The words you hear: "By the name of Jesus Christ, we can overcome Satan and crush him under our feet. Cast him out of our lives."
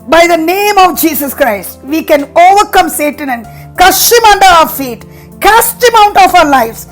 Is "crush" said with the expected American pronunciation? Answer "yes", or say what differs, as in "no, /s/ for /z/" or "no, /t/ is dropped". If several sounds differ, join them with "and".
no, /ɹ/ is dropped